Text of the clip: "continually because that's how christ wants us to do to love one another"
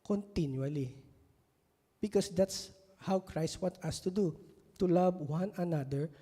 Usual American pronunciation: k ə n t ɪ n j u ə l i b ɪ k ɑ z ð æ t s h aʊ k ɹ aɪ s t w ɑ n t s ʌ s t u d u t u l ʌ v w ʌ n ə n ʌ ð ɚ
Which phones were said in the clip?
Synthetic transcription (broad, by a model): k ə n t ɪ n j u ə l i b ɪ k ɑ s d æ t s h aʊ k ɹ aɪ s t w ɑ t ʌ s t u d u t u l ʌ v w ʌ n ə n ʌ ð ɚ